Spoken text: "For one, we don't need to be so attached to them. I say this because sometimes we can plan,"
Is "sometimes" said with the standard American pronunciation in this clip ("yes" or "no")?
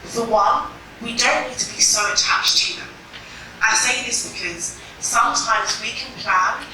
yes